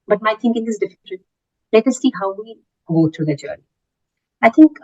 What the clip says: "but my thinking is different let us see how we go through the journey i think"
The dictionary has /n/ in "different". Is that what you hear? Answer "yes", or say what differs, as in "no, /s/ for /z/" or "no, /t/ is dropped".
no, /l/ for /n/